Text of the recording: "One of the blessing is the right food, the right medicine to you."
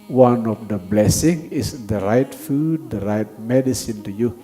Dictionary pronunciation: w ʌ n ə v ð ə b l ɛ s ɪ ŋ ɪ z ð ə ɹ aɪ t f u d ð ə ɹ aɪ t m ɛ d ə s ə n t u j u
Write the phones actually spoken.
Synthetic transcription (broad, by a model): w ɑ n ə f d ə b l ɛ s ɪ ŋ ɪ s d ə ɹ aɪ t f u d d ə ɹ aɪ t m ɛ d ə s ə n t u j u